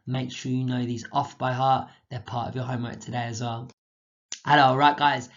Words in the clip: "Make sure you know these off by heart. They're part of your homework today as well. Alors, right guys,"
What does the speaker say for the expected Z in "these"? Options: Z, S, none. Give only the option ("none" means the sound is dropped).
Z